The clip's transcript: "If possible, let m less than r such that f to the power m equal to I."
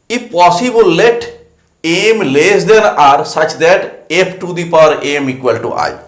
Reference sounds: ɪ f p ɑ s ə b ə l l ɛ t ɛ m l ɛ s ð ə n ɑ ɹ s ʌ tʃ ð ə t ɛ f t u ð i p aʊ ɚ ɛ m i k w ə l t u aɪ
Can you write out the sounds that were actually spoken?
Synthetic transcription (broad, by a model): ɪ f p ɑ s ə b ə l l ɛ t ɛ m l ɛ s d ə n ɑ ɹ s ʌ tʃ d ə t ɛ p t u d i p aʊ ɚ ɛ m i k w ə l t u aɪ